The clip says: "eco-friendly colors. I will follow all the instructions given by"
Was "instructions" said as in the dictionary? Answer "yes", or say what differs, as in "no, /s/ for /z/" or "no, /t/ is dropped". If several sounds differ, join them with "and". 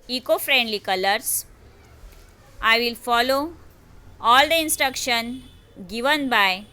no, /z/ is dropped